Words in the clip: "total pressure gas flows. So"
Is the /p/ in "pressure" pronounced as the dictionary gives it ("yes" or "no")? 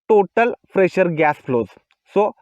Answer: no